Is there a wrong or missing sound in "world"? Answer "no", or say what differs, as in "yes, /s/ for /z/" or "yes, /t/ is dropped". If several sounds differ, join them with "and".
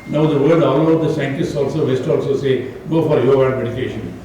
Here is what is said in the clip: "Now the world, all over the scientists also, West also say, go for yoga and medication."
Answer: yes, /l/ is dropped